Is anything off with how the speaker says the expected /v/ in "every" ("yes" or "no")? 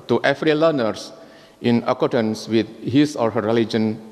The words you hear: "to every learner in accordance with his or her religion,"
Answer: yes